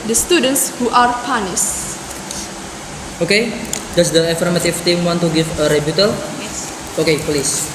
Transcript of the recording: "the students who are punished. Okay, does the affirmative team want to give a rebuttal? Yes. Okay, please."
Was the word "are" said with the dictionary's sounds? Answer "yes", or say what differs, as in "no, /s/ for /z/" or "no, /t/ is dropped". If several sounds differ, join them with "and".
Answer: yes